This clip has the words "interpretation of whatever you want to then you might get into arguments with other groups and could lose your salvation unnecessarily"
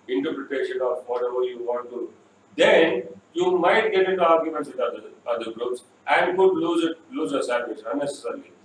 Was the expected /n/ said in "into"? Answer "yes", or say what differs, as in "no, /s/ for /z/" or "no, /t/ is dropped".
no, /n/ is dropped